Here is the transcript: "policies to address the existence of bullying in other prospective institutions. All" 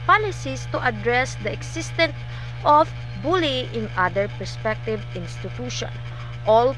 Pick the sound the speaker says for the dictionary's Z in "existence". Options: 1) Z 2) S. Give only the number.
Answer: 2